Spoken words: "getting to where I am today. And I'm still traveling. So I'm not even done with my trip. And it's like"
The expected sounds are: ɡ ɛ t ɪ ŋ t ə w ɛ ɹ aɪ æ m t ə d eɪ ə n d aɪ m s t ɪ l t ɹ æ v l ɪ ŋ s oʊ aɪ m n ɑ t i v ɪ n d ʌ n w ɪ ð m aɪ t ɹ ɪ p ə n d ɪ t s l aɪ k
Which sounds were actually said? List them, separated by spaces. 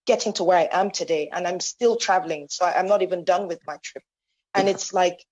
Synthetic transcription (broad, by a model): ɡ ɛ t ɪ ŋ t ə w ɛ ɹ aɪ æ m t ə d eɪ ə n aɪ m s t ɪ l t ɹ æ v l ɪ ŋ s oʊ aɪ m n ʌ t i v ɪ n d ʌ n w ɪ ð m aɪ t ɹ ɪ p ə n ɪ t s l aɪ k